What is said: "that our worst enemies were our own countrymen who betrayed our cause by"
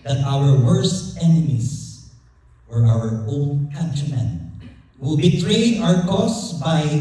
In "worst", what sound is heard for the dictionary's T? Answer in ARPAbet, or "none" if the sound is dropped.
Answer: T